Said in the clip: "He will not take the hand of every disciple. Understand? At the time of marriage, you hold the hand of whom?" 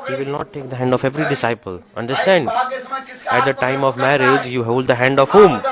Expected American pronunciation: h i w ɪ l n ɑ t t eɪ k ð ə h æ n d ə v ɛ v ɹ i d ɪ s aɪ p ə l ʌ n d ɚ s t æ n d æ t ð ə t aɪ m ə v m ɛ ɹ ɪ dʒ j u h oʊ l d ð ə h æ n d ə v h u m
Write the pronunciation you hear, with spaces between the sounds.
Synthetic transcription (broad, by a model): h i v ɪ l n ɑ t t eɪ k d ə h æ n d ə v ɛ v ɹ i d ɪ s aɪ p ə l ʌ n d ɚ s t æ n d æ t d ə t aɪ m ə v m ɛ ɹ ɪ dʒ j u h oʊ l d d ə h æ n d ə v h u m